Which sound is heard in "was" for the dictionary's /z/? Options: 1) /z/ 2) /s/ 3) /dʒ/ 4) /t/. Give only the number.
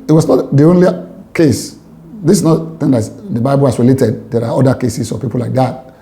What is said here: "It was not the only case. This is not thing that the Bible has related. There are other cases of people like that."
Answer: 2